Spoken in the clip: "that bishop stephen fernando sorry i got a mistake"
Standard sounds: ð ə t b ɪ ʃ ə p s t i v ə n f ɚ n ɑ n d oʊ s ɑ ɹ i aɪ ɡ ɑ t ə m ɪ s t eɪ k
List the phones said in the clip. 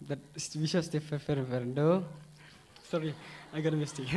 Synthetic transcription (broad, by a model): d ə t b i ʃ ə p s t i f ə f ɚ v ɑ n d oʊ s ɑ ɹ i aɪ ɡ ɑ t ə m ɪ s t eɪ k